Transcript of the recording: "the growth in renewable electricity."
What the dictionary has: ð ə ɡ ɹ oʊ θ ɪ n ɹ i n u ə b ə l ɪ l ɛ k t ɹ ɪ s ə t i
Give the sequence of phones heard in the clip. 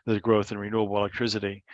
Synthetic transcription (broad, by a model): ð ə ɡ ɹ oʊ θ ɪ n ɹ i n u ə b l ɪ l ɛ k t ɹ ɪ s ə t i